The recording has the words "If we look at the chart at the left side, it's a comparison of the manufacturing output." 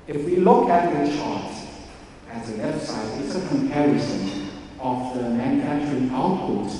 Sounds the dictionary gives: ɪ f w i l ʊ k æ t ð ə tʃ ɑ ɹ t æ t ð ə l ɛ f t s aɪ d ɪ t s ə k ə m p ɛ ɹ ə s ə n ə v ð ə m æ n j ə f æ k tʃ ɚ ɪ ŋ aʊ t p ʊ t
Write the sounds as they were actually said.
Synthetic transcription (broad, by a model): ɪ f w i l ʊ k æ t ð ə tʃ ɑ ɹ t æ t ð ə w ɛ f s aɪ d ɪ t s ə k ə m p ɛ ɹ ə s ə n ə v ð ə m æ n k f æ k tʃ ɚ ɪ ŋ aʊ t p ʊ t